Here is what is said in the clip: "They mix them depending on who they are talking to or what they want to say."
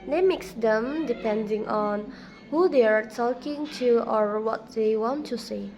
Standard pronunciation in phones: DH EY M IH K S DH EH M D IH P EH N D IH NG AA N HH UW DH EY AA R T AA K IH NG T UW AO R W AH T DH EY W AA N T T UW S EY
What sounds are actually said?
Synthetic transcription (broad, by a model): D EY M IH K S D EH M D IH P EH N D IH NG AA N HH UW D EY AA R T AA K IH NG T UW AO R W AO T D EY W AA N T T UW S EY